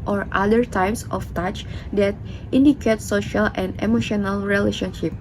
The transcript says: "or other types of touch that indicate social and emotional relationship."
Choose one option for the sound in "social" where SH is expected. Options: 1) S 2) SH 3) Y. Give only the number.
2